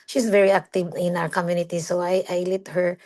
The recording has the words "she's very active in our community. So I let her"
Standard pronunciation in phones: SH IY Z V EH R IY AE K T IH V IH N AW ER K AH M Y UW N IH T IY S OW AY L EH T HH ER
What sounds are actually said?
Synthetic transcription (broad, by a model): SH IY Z V EH R IY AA K T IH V IH N AW ER K AH M Y UW N IH T IY S OW AY L EH T HH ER